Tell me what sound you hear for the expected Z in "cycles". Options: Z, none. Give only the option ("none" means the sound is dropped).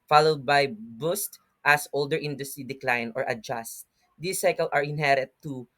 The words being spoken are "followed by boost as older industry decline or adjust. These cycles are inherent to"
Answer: none